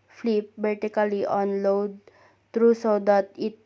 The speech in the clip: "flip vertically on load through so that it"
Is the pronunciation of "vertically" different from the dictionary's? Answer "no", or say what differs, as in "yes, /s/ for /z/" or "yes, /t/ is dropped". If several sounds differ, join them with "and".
yes, /b/ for /v/